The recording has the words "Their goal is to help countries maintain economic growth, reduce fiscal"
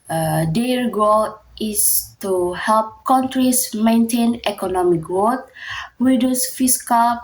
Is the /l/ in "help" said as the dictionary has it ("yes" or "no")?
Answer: yes